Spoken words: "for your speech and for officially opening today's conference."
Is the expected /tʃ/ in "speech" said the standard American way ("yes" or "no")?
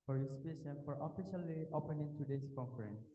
no